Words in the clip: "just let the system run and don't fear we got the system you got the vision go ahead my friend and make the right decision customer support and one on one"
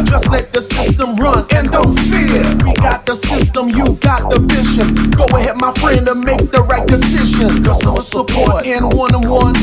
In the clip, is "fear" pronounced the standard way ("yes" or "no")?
yes